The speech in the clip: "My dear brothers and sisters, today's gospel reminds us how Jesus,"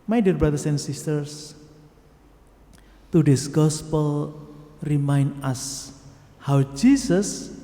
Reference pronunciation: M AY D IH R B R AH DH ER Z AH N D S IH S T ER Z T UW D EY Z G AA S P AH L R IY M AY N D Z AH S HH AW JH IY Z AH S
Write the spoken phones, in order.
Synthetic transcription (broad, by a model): M AY D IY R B R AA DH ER S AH N S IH S T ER S T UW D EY S G AA S P AH L R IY M AY N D AH S HH AW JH IY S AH S